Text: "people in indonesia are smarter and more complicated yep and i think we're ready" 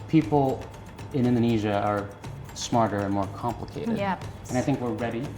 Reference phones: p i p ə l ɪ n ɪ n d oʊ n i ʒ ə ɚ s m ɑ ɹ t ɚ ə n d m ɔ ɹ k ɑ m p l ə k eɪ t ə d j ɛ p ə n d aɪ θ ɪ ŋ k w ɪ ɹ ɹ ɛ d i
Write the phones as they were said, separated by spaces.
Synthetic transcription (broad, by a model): p i p l ɪ n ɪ n d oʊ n i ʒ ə ɚ s m ɑ ɹ t ɚ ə n m ɔ ɹ k ɑ m p l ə k eɪ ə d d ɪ ə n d aɪ θ ɪ ŋ k w ɪ ɹ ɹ ɛ d i